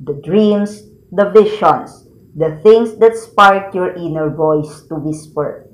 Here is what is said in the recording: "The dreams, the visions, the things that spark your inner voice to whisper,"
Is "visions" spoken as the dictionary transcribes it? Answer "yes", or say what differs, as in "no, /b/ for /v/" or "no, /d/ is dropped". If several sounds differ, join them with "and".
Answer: no, /ʃ/ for /ʒ/